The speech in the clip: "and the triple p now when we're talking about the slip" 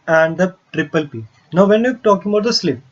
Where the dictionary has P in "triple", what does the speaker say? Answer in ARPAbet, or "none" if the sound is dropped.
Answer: P